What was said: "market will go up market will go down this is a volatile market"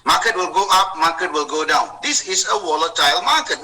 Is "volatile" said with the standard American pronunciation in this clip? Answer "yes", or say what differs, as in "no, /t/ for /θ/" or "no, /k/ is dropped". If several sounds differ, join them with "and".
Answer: no, /w/ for /v/